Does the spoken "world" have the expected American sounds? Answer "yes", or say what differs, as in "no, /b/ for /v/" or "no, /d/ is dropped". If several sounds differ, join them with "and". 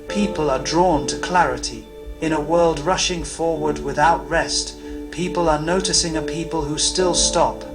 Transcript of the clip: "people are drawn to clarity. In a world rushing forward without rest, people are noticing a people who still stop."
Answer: yes